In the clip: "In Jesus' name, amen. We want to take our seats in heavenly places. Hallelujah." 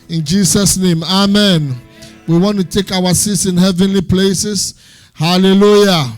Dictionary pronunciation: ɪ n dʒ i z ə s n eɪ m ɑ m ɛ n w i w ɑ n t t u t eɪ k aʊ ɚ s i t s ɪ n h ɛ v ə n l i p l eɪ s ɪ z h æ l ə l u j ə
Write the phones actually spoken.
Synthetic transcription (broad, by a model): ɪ n dʒ i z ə s n eɪ m ɑ m ɛ n w i w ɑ n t t u t eɪ k aʊ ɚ s i t s ɪ n h ɛ v ə n l i p l eɪ s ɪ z h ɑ l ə l u j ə